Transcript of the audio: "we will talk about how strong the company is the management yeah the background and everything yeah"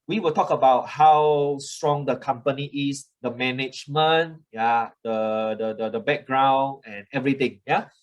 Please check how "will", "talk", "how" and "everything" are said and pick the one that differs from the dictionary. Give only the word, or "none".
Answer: everything